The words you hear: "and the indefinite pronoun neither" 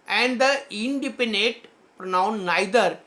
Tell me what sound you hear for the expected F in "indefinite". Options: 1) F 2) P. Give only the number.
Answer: 2